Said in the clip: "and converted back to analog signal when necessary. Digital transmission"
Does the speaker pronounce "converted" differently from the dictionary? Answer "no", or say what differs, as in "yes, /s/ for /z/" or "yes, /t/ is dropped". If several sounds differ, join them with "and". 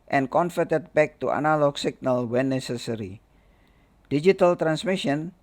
yes, /f/ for /v/